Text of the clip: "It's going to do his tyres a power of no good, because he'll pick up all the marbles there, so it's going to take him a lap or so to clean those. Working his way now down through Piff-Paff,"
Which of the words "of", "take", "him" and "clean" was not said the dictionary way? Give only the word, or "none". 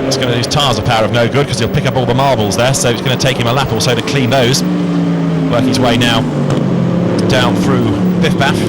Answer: none